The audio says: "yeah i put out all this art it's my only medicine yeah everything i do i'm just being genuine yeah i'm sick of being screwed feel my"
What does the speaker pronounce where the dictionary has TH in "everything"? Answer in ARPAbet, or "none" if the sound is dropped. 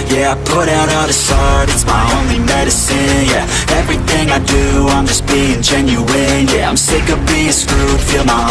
TH